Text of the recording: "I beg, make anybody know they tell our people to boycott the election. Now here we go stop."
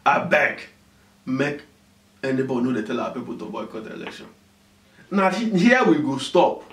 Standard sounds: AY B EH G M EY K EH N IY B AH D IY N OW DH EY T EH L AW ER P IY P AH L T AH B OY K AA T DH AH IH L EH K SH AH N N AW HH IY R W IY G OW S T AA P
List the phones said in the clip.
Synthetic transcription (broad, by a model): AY B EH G M EY K EH N IY B AH D IY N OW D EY T EH L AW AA P IY P AH L T AH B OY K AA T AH L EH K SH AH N N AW HH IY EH W IY G OW S T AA P